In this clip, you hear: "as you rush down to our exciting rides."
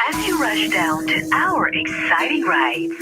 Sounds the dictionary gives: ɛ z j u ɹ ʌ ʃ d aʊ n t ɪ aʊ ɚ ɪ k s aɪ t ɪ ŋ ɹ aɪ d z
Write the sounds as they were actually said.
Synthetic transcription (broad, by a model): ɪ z j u ɹ ʌ ʃ d aʊ n t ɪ aʊ ɚ ɪ k s aɪ t ɪ ŋ ɹ aɪ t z